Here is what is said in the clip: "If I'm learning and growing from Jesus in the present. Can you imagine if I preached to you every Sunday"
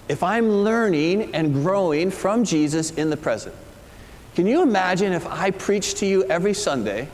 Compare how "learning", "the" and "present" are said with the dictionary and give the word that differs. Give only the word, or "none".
none